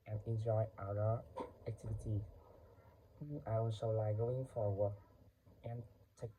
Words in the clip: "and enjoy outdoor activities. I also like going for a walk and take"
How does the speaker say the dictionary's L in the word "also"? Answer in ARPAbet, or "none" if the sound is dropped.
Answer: none